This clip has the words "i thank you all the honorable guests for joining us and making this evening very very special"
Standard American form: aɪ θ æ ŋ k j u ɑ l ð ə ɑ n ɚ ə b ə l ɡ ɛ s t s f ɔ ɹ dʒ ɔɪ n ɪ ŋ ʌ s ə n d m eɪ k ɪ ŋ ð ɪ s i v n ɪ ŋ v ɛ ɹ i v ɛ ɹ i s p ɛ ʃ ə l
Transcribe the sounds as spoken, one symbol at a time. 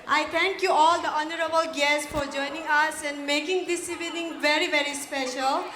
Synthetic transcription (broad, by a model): aɪ t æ ŋ k j u ɑ l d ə ɑ n ɚ ə b ə l ɡ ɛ s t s f ɔ ɹ dʒ ɔɪ n ɪ ŋ ʌ s ə n d m eɪ k ɪ ŋ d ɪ s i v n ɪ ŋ v ɛ ɹ i v ɛ ɹ i s p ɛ ʃ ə l